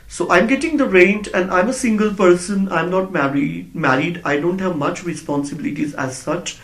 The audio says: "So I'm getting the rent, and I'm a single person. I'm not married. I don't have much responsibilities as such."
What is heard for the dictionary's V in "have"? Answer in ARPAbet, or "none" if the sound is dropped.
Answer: V